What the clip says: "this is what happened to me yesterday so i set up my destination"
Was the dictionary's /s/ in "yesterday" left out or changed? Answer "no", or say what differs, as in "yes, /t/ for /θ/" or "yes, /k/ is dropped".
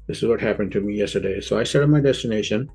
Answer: no